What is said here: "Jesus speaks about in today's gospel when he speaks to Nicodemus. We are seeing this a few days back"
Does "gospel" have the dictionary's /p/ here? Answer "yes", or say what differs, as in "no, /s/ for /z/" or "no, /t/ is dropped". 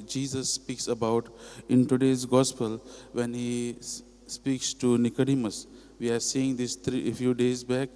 yes